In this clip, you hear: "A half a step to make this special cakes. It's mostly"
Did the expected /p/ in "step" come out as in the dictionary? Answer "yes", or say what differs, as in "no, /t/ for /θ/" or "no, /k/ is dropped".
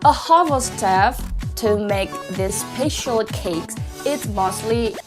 no, /f/ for /p/